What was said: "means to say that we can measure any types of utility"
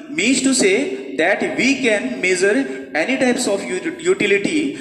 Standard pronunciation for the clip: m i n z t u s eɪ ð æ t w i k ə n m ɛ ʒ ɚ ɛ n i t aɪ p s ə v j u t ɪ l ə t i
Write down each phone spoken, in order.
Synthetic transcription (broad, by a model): m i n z t u s eɪ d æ t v i k ə n m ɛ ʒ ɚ ɛ n i t aɪ p s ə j j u t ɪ l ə t i